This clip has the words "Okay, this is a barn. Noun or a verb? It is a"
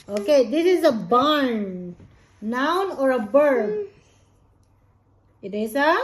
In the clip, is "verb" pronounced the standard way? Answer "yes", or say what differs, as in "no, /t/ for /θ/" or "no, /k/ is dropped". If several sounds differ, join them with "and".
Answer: no, /b/ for /v/